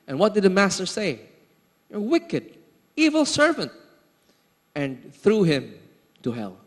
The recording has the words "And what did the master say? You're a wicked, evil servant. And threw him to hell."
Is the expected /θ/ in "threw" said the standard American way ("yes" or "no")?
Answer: yes